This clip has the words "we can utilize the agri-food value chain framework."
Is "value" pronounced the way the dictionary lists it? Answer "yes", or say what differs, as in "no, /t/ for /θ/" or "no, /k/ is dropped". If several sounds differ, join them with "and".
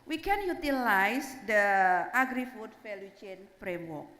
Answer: no, /f/ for /v/